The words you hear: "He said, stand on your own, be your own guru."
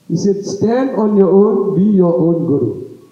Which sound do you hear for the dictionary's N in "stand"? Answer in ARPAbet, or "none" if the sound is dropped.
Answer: N